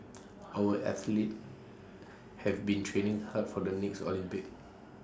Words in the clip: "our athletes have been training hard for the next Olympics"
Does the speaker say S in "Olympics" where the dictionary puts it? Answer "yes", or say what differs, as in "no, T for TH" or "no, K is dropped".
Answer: no, S is dropped